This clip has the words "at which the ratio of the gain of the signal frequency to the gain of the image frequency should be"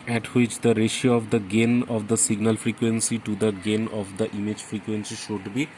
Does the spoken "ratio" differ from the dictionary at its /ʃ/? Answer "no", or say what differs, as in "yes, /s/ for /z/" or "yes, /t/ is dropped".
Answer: no